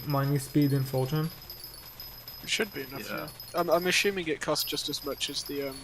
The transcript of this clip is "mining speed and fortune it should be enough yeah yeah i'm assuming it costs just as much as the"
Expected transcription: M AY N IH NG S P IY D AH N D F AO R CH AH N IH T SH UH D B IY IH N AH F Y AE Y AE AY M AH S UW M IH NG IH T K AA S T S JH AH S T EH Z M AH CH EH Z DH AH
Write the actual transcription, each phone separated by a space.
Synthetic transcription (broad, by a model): M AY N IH S P IY D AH N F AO L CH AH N IH T SH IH D B IY IH N AH F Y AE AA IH AY M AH SH UW M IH NG IH T K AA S S JH AH S T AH Z M AH CH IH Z DH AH